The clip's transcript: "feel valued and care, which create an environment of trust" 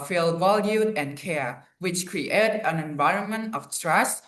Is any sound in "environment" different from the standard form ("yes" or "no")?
no